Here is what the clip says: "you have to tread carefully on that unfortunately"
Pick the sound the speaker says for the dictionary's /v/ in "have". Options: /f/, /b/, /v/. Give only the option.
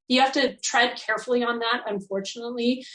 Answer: /f/